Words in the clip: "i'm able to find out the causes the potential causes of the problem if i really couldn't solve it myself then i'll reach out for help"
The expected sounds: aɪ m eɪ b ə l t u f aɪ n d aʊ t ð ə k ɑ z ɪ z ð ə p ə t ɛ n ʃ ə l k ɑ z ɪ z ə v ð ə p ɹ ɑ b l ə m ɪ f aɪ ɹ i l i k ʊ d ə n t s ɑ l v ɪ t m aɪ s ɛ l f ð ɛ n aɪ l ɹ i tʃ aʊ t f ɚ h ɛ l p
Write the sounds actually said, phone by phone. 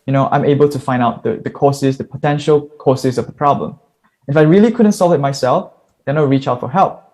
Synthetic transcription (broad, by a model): aɪ m eɪ b ə l t u f aɪ n d aʊ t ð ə k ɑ s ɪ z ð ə p ə t ɛ n ʃ ə l k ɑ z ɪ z ə v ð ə p ɹ ɑ b l ə m ɪ f aɪ ɹ i l i k ʊ d ə n t s ɑ l v ɪ t m aɪ s ɛ l f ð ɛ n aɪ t ɹ i tʃ aʊ t f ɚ h ɛ l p